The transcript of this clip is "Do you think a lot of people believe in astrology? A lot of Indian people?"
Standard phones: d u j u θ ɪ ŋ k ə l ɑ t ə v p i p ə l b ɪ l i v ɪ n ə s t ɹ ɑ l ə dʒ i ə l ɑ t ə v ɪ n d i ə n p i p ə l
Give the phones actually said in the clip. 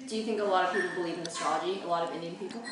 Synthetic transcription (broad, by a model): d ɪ j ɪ θ ɪ ŋ k ə l ɑ t ə v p i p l b ɪ l i v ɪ n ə s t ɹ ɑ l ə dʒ i ə l ɑ t ə v ɪ n d i ə n p i p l